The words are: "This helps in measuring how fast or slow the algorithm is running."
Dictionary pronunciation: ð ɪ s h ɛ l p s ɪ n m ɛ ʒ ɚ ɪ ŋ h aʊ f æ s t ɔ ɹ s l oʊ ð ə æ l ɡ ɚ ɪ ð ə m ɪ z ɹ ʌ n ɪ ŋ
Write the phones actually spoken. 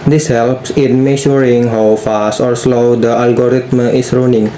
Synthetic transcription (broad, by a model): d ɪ s h ɛ l p s ɪ n m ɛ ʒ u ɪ ŋ h aʊ f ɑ s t ɔ ɹ s l oʊ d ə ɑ l ɡ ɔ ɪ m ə ɪ s ɹ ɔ n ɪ ŋ